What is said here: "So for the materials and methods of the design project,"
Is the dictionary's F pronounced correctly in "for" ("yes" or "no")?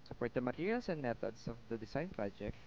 no